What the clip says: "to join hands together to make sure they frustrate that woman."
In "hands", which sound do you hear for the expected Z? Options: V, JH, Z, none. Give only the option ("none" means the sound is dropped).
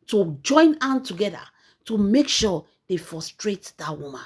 none